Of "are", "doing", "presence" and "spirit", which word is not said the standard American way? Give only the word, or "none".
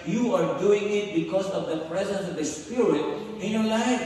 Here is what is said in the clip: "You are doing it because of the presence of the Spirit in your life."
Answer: none